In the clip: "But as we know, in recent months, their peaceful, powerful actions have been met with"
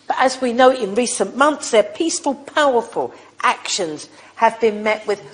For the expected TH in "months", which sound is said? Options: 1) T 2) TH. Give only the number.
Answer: 2